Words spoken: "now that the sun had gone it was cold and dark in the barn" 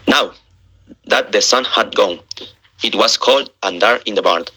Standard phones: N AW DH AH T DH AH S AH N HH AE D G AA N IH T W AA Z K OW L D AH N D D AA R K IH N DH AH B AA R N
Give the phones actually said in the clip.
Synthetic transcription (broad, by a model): N AW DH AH T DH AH S AH N HH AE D G AA N IH T W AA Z K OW L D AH N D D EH R IH N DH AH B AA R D